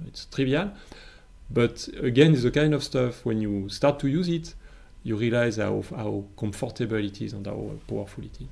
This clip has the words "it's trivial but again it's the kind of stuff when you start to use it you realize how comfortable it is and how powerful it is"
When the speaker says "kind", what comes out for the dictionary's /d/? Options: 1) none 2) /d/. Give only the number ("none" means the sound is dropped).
2